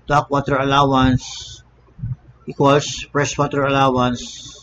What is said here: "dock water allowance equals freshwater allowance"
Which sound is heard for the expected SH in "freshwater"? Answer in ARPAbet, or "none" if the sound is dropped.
S